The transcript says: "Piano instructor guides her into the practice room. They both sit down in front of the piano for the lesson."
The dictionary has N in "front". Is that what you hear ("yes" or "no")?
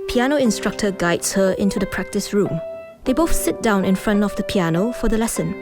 yes